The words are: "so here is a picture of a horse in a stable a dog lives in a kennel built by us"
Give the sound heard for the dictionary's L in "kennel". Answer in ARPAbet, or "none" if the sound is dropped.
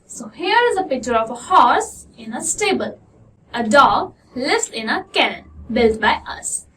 N